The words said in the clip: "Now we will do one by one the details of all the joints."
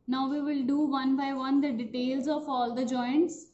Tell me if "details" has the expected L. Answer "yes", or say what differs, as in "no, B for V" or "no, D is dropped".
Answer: yes